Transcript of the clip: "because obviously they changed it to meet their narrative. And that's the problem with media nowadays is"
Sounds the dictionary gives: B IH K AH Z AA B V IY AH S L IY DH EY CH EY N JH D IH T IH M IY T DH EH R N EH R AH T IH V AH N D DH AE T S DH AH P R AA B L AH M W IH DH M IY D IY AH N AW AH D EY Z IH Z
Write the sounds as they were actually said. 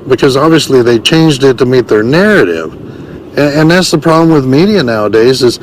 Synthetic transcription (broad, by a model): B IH K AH Z AA B V IY AH S L IY DH EY CH EY N JH D IH T IH M IY T DH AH R N EH R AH T IH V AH N DH AE T S DH AH P R AA B L AH M W IH DH M IY D IY AH N AW AH D EY Z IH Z